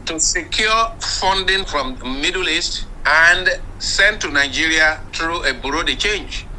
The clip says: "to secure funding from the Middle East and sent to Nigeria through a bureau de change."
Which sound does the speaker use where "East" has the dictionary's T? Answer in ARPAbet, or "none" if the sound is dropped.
T